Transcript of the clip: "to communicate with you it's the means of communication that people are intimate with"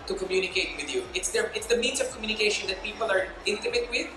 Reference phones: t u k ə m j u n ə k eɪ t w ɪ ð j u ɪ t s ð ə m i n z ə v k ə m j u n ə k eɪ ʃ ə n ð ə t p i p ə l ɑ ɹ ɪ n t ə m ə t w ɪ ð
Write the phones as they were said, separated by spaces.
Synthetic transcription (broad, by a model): t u k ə m j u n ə k eɪ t w ɪ ð j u ɪ t s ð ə m i n z ə v k ə m j u n ə k eɪ ʃ ə n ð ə t p i p ə l ɑ ɹ ɪ n t ə m ə t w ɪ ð